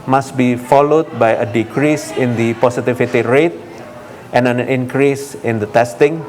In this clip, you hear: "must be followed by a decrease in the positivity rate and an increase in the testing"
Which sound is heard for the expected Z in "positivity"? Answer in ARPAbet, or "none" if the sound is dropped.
S